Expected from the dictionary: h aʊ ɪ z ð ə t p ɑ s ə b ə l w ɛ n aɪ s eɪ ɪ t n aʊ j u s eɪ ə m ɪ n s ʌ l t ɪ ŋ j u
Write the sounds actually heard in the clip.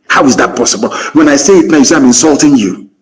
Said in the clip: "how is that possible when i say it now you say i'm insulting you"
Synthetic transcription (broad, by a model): h aʊ ɪ z ð ə t p ɑ s ə b ə l w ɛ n aɪ s eɪ ɪ t n aʊ j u s eɪ ə m ɪ n s ʌ l t ɪ ŋ j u